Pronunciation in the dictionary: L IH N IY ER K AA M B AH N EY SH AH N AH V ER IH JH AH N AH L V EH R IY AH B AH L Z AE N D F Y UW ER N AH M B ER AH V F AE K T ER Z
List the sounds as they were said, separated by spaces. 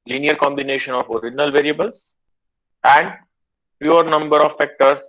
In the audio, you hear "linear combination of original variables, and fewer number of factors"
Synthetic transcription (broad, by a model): L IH N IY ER K AA M B AH N EY SH AH N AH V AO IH JH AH N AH L V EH R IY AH B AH L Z AE N D P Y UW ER N AH M B ER AH V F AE K T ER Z